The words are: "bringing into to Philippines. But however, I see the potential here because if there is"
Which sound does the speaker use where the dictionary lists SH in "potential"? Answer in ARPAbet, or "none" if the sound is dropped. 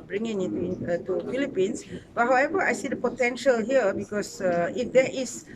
SH